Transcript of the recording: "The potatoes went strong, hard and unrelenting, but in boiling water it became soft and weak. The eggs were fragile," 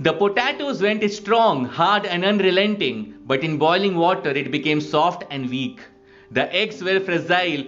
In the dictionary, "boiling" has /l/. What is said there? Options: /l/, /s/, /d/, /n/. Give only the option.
/l/